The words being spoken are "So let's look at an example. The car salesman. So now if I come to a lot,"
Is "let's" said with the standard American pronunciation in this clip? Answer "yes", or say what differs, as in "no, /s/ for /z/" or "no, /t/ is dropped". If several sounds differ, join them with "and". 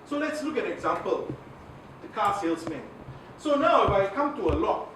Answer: yes